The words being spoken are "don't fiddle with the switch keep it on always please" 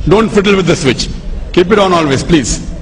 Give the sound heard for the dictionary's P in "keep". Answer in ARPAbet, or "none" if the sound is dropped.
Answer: P